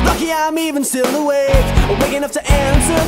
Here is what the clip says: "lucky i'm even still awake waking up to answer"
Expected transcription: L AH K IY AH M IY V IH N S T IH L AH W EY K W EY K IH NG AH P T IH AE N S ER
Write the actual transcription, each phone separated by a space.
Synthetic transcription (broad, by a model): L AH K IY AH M IY V IH N S T IH L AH W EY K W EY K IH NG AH F T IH AE N S ER